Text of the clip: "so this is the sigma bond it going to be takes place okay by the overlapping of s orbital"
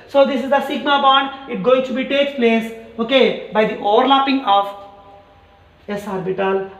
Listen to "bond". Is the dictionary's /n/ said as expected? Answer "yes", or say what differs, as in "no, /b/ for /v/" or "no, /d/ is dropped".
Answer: yes